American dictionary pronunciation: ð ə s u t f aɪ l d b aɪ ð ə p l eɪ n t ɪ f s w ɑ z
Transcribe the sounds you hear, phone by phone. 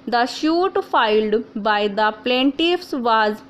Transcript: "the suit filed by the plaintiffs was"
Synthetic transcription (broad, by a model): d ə ʃ u t f aɪ l d b aɪ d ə p l eɪ n t ɪ f s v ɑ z